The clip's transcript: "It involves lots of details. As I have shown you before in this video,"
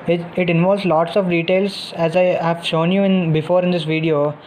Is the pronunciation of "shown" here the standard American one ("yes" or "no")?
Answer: yes